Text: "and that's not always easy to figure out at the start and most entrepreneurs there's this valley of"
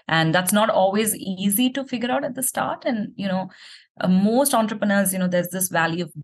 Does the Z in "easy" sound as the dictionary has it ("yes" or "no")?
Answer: yes